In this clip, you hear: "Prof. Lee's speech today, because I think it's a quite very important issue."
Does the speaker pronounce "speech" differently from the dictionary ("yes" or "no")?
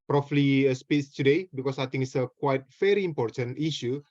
yes